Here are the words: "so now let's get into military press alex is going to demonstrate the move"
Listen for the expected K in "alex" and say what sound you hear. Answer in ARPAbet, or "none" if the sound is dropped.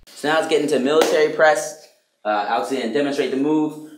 none